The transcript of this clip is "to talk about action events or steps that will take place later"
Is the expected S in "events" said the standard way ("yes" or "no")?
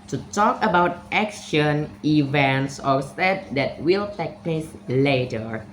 yes